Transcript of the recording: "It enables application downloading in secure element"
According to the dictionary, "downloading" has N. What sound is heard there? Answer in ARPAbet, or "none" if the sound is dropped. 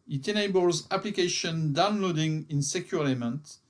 N